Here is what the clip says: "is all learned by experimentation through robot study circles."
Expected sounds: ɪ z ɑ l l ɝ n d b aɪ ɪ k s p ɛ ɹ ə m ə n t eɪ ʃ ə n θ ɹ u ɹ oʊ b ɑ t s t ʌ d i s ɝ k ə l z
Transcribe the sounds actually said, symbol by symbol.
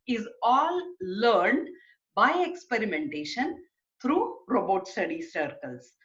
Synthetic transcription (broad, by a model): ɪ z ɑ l l ɝ n d b aɪ ɪ k s p ɛ ɹ ə m ə n t eɪ ʃ ə n t ɹ u ɹ oʊ b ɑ t s t ʌ d i s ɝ k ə l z